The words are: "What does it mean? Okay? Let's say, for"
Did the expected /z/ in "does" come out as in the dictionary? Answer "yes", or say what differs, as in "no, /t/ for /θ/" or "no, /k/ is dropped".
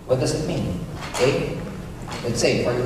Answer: yes